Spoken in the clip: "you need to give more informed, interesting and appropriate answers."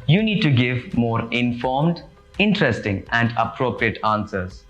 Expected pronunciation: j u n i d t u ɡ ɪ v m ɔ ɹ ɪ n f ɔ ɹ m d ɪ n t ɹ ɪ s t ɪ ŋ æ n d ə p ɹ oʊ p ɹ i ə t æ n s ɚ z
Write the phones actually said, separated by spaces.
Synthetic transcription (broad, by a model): j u n i d t u ɡ ɪ v m ɔ ɹ ɪ n f ɔ ɹ m d ɪ n t ɹ ɪ s t ɪ ŋ æ n d ə p ɹ oʊ p ɹ i ə t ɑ n s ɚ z